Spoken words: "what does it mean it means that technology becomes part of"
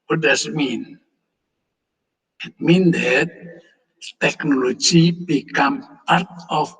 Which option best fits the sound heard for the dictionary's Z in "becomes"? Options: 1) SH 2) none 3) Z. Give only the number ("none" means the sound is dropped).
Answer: 2